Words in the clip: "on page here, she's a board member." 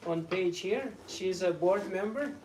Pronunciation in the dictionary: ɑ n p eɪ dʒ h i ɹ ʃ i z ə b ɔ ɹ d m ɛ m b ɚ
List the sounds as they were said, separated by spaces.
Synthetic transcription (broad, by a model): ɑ n p eɪ dʒ h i ɹ ʃ i z ə b ɔ ɹ d m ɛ m b ɚ